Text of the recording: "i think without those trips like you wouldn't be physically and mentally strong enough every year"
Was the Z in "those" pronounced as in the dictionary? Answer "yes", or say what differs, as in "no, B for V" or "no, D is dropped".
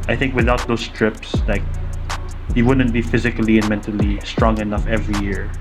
no, S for Z